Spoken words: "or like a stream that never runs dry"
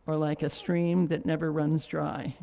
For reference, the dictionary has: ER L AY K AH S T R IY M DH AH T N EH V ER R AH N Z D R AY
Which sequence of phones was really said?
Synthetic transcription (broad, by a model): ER L AY K AH S T R IY M DH AH T N EH V ER R AH N Z D R AY